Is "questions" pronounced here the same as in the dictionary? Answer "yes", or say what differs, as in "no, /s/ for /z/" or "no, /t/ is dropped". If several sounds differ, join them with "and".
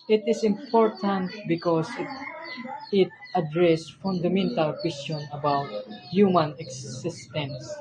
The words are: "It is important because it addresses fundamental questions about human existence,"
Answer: no, /z/ is dropped